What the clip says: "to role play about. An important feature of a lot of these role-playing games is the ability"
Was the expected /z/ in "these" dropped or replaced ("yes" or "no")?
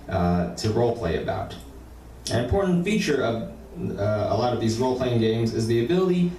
no